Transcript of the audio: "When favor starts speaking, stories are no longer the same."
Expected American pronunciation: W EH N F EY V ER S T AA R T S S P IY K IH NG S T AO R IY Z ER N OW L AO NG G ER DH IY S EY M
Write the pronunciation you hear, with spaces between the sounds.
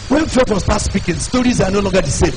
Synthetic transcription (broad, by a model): W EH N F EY W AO S T AA T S S P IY K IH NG S T AO R IY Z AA N OW L AO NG G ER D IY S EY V